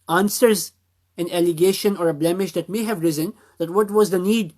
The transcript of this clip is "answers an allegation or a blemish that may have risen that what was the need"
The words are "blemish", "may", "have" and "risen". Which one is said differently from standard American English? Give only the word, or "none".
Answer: none